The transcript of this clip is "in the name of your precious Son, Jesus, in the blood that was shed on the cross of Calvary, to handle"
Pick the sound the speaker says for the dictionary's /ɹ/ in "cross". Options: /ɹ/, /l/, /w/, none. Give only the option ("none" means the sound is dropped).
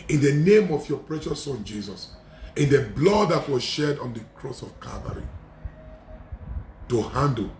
/ɹ/